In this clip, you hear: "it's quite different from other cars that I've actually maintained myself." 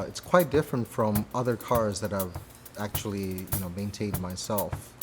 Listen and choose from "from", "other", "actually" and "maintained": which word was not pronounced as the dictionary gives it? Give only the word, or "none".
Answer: actually